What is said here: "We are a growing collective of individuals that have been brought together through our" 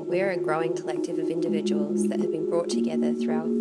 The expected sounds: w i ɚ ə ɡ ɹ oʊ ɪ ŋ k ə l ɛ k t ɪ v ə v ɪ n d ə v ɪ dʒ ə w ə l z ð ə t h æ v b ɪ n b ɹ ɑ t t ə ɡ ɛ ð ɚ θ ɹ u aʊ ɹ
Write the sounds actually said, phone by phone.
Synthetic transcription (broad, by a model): w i ɚ ə ɡ ɹ oʊ ɪ ŋ k ə l ɛ k t ɪ v ə v ɪ n d ə v ɪ dʒ ə w ə l z ð ə t h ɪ v b ɪ n b ɹ ɑ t t ə ɡ ɛ ð ɚ θ ɹ u aʊ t